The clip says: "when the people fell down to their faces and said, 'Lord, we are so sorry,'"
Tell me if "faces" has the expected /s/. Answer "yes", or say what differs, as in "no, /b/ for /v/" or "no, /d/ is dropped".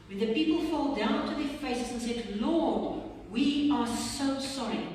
no, /s/ is dropped